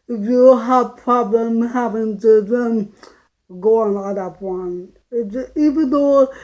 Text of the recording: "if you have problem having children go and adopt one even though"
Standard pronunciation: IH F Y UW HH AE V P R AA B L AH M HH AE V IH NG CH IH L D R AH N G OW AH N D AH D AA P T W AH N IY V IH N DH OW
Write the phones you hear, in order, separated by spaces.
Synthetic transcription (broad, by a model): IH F Y UW HH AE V P R AA B L AH M HH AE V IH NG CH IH D AH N G OW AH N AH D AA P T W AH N IY V IH N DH OW